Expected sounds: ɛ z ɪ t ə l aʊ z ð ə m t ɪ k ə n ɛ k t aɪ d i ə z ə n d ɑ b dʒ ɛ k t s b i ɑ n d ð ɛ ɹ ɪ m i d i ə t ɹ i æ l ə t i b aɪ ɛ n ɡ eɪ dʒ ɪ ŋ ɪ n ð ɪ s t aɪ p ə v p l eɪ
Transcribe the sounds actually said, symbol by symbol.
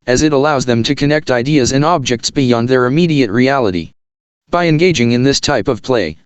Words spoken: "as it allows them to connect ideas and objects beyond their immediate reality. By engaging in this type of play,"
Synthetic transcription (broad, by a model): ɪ z ɪ t ə l aʊ z ð ə m t ɪ k ə n ɛ k t aɪ d i ə z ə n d ɑ b dʒ ɛ k t s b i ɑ n d ð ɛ ɹ ɪ m i d i ə t ɹ i æ l ə t i b aɪ ɛ n ɡ eɪ dʒ ɪ ŋ ɪ n ð ɪ s t aɪ p ə v p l eɪ